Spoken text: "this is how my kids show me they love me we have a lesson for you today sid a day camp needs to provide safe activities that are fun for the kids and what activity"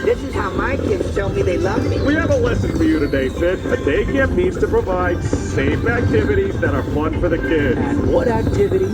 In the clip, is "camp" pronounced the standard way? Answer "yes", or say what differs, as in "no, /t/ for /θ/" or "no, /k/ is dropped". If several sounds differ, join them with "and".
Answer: no, /m/ is dropped